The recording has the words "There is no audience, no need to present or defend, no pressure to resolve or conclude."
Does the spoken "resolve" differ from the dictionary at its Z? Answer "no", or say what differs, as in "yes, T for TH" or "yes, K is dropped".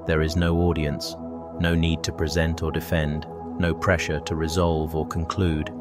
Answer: no